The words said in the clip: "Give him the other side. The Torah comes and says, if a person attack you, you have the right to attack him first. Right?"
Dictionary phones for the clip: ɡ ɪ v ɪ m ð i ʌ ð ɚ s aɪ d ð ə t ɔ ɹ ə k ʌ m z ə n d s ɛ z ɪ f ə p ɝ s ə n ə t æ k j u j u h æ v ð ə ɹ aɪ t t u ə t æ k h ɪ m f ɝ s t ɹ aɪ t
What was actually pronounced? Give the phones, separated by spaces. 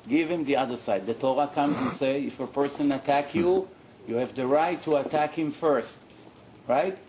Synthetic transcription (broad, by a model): ɡ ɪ v ɪ m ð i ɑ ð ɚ s aɪ d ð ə t ɔ ɹ ə k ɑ m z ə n s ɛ ɪ f ə p ɝ s ə n ə t æ k j u j u h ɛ v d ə ɹ aɪ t t u ə t æ k h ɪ m f ɝ s t ɹ aɪ t